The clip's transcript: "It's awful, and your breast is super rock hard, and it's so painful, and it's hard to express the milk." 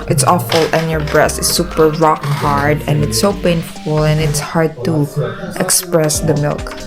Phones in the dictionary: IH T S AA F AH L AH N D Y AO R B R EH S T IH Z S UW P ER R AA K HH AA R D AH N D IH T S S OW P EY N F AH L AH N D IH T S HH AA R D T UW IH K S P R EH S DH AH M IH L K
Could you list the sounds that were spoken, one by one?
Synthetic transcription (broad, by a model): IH T S AA F AH L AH N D Y AO R B R EH S T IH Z S UW P ER R AA K HH AA R D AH N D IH T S S OW P EY N F AH L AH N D IH T S HH AA R D T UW IH K S P R EH S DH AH M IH L K